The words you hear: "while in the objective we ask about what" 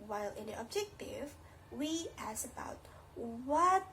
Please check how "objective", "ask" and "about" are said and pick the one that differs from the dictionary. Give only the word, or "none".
ask